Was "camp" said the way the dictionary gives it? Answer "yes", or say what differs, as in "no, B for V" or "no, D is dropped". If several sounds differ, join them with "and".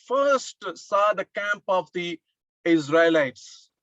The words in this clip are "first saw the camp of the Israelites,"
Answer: yes